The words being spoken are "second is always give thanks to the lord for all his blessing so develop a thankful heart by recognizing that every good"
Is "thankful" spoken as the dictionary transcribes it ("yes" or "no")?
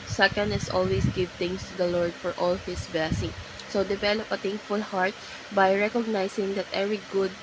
no